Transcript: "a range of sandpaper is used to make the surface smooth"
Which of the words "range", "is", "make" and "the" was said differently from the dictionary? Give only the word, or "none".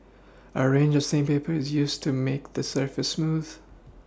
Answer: none